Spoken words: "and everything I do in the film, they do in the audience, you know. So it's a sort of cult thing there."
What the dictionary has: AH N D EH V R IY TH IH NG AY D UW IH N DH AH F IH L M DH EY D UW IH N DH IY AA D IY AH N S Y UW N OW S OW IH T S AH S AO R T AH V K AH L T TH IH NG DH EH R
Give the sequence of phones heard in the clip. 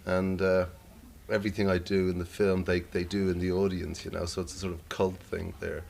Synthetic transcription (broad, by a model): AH N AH EH V R IY TH IH NG AY D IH IH N DH AH F IH L M DH EY D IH IH N DH IY AA D IY AH N S Y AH N OW S OW IH T S AH S AO R T AH V K AH L T TH IH NG DH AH R